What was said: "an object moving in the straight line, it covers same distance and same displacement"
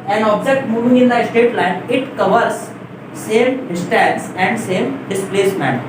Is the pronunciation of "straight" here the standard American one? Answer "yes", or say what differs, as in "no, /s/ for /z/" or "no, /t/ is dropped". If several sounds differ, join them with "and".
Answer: no, /ɹ/ is dropped